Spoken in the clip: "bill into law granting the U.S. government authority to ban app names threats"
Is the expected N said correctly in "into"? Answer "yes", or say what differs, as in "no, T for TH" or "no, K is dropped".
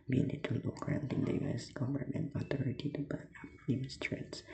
no, N is dropped